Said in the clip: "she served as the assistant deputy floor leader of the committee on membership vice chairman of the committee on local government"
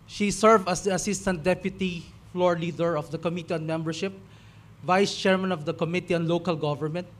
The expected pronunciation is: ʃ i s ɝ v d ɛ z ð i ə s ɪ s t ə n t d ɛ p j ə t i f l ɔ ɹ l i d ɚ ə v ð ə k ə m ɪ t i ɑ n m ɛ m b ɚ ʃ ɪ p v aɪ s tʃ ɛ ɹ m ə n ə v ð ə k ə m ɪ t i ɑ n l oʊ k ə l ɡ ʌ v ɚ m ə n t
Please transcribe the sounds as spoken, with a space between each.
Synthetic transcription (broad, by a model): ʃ i s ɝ v ʌ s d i ə s ɪ s t ə n t d ɛ p j ə t i f l ɔ ɹ l i d ɚ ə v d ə k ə m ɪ t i ɑ n m ɛ m b ɚ ʃ ɪ p v aɪ s tʃ ɛ ɹ m ə n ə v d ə k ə m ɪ t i ɑ n l oʊ k ə l ɡ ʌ v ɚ m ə n t